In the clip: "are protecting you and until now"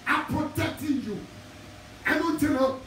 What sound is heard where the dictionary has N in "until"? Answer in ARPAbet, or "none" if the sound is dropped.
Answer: none